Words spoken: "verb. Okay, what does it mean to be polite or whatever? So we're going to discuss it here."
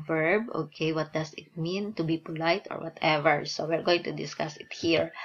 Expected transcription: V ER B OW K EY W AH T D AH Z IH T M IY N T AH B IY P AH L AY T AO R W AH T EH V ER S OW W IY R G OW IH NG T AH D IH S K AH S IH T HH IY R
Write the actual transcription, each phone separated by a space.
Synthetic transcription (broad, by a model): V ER B OW K EY W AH T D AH S IH T M IY N T AH B IY P AH L AY T AO R W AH T EH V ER S OW W IY R G OW IH NG T AH D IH S K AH S IH T HH IY R